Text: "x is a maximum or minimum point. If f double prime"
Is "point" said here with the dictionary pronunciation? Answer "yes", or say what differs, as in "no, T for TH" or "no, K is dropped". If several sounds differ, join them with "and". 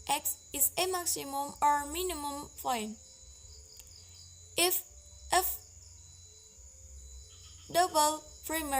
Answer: no, F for P